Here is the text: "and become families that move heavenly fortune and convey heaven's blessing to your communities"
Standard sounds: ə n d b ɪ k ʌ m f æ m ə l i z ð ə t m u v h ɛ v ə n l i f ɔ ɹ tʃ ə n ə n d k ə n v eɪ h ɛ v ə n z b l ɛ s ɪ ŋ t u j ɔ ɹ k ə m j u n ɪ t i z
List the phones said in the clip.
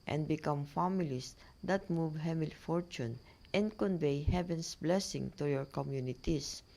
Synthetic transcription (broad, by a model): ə n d b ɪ k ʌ m f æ m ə l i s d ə t m u v h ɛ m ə l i f ɔ ɹ tʃ ə n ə n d k ə n v eɪ h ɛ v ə n s b l ɛ s ɪ ŋ t u j ɔ ɹ k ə m j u n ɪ t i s